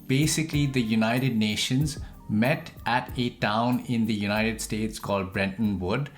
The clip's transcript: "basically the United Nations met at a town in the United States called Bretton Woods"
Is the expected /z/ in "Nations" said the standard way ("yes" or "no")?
yes